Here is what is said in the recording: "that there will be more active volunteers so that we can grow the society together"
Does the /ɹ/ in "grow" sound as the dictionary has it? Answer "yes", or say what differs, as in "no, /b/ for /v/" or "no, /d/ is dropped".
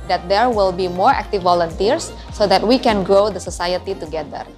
yes